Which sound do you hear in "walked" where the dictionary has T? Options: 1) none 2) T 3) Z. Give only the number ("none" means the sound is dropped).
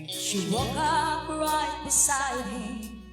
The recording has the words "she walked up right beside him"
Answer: 1